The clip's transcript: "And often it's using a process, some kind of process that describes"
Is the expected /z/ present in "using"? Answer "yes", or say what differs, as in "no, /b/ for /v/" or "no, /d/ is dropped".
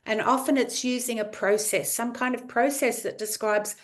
yes